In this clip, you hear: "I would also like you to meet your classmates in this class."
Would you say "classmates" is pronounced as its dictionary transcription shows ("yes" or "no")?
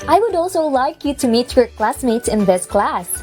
yes